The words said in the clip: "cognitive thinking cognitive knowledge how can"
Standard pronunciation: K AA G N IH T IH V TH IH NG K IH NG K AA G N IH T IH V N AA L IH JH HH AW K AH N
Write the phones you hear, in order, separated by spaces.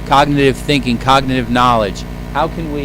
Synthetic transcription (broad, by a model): K AA G N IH T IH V TH IH NG K IH NG K AA G N IH T IH V N AA L IH JH HH AW K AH N